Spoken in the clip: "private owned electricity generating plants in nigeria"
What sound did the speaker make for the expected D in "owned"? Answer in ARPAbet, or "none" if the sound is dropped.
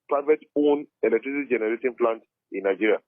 none